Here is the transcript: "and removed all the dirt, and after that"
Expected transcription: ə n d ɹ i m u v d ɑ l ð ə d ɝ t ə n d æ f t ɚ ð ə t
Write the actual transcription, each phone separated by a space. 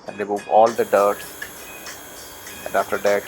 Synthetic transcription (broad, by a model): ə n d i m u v ɑ l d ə d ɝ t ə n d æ f t ɚ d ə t